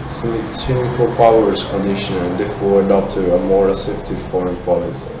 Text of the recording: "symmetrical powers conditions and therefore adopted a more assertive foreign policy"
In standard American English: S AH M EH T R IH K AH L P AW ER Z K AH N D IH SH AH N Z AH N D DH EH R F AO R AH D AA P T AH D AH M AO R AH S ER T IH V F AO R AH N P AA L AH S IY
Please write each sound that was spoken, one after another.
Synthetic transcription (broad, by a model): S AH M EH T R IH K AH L P AW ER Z K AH N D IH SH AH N AH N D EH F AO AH D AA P T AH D AH M AO R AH S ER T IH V F AO R AH N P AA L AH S